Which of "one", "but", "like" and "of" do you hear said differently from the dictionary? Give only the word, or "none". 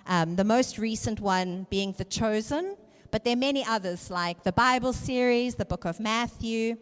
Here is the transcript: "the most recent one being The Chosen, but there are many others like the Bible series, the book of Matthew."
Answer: none